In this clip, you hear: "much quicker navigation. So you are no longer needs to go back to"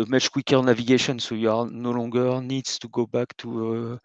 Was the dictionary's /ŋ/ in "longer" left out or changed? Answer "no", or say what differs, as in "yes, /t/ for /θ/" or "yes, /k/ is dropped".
yes, /ŋ/ is dropped